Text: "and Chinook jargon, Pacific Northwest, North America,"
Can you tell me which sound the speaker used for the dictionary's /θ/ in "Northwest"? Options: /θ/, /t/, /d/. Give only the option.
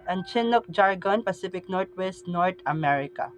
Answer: /t/